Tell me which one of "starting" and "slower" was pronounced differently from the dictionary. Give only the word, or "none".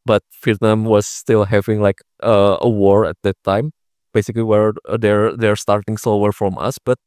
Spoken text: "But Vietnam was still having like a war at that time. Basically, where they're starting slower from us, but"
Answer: slower